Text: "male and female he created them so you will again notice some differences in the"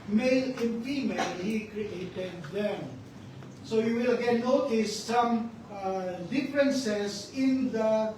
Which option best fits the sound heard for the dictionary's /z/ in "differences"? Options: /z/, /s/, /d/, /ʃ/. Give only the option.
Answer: /s/